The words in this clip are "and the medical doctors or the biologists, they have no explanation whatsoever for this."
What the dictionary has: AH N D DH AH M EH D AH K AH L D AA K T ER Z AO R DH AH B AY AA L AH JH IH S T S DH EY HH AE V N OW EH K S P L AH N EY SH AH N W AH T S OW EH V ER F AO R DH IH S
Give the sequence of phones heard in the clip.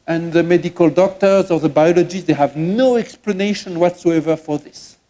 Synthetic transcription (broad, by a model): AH N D DH AH M EH D AH K AH L D AA K T ER Z AO R DH AH B AY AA L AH JH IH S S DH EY HH AE V N OW EH K S P L AH N EY SH AH N W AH T S OW EH V ER F AO R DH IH S